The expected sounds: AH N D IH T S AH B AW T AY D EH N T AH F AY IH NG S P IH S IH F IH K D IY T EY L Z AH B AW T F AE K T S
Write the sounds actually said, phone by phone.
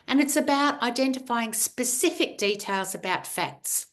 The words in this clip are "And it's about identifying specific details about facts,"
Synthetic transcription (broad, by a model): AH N IH T S AH B AW T AY D EH N T AH F AY IH NG S P IH S IH F IH K D IY T EY L Z AH B AW T F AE K T S